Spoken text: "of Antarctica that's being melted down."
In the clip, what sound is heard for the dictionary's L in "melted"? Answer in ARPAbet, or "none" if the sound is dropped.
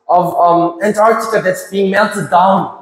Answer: N